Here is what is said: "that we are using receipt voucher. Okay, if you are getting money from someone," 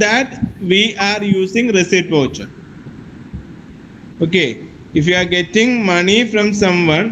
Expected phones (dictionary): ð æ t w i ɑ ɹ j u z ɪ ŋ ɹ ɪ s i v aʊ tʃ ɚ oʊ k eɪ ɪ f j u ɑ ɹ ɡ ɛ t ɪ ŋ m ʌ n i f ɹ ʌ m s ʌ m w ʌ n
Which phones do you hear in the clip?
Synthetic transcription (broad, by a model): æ t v i ɑ ɹ j u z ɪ ŋ ɹ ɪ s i p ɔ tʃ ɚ oʊ k eɪ ɪ f j u ɑ ɹ ɡ ɛ t ɪ ŋ m ʌ n i f ɹ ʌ m s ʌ m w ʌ n